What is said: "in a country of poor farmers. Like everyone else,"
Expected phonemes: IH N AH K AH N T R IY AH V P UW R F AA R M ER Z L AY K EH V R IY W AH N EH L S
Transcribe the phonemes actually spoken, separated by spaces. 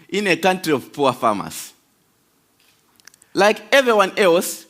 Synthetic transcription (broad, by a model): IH N AH K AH N T R IY AH V P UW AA F AA M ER S L AY K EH V R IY W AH N EH L S